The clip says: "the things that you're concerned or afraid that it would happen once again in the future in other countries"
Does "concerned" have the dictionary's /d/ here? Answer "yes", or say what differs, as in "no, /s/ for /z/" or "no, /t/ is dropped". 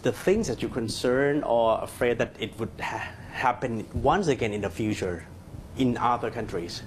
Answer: no, /d/ is dropped